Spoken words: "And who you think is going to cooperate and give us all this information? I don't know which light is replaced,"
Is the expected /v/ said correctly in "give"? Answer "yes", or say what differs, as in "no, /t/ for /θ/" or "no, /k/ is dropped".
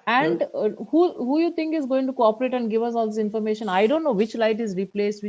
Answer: yes